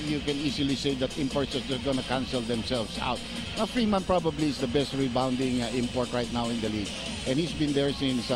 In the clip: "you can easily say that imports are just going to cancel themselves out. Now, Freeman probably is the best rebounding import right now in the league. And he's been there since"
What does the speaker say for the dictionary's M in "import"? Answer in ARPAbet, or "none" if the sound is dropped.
M